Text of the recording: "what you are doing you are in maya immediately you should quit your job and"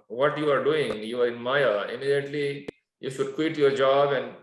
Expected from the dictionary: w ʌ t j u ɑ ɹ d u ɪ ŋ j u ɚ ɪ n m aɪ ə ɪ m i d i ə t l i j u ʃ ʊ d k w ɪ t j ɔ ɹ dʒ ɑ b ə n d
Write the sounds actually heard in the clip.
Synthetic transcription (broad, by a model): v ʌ t j u ɑ ɹ d u ɪ ŋ j u ɚ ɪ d m aɪ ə ɪ m i d i ə t l i j u ʃ ʊ d k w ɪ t j ɔ ɹ dʒ ɑ b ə n d